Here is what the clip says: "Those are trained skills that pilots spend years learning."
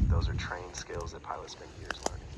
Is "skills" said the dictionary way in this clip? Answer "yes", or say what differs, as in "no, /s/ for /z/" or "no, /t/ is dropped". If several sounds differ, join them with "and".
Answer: yes